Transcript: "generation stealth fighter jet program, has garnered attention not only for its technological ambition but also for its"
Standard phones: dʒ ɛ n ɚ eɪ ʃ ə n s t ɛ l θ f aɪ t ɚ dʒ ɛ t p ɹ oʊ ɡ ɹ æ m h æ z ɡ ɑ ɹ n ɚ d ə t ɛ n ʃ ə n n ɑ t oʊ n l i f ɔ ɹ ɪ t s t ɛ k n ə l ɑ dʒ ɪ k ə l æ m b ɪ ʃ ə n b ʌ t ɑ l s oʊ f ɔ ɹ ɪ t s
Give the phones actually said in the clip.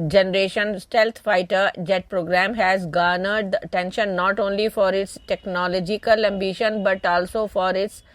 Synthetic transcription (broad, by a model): dʒ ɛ n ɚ eɪ ʃ ə n s t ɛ l t f aɪ t ɚ dʒ ɛ t p ɹ oʊ ɡ ɹ æ m h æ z ɡ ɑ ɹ n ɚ d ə t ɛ n ʃ ə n n ɑ t oʊ n l i f ɔ ɹ ɪ t s t ɛ k n ə l ɑ dʒ ɪ k ə l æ m b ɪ ʃ ə n b ʌ t ɑ l s oʊ f ɔ ɹ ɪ t s